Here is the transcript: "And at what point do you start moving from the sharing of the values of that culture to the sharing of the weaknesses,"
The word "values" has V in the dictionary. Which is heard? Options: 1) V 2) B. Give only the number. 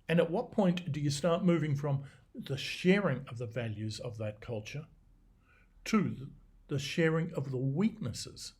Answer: 1